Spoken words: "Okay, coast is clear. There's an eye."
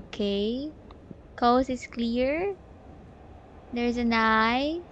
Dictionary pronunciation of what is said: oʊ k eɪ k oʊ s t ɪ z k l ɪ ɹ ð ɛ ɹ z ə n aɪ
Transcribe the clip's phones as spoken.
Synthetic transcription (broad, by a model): k eɪ k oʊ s ɪ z k l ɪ ɹ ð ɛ ɹ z ə n aɪ